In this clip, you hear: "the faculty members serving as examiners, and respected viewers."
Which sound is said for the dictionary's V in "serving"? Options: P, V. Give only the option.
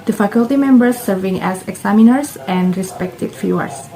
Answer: V